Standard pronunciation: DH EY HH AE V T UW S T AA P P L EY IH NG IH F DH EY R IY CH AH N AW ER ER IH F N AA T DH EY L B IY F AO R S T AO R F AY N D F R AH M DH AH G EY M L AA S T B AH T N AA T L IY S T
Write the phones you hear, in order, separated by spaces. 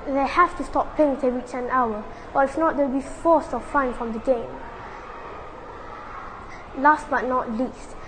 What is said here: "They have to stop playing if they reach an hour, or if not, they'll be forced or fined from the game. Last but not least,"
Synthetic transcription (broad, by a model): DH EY HH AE F T UW S T AA P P EY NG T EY R IY CH AH N AW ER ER IH F N AA T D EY W B IY F AO S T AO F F AY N F R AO M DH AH G EY M L AA S T B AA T N AA T L IY S T